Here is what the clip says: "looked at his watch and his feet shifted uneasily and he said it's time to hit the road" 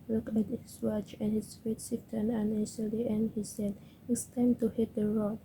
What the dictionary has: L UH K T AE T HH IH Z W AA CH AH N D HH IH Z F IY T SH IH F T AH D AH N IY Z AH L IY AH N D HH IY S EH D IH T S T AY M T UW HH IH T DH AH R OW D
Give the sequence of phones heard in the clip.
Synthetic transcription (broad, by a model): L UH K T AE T HH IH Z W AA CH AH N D HH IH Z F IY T S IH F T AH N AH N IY S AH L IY AH N D HH IY S EH D IH T S T AY M T UW HH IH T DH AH R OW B